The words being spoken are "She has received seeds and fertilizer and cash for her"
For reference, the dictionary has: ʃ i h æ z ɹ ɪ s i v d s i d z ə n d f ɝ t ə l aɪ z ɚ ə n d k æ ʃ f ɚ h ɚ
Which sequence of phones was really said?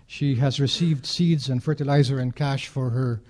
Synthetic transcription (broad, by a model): ʃ i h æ z ɹ ɪ s i v d s i d z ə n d f ɝ t ə l aɪ z ɚ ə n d k æ ʃ f ɚ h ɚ